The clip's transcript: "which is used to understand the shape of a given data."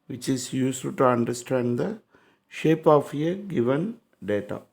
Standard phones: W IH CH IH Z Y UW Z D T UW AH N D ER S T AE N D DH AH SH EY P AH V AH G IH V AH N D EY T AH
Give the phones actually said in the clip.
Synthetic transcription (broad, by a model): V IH CH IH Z Y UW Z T T UW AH N D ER S T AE N D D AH SH EY P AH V AH G IH V AH N D EY T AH